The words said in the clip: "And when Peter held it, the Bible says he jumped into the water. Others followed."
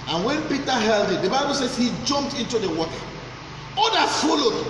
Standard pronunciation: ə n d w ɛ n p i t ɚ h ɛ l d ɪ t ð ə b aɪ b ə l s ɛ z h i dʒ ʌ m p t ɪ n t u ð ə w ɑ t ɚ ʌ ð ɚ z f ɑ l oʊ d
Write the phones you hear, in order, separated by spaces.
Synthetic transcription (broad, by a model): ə n w ɛ n p i t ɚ h ɛ l d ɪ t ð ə b aɪ b ə l s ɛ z h i dʒ ʌ m p t ɪ n t u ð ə w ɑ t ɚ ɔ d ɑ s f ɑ l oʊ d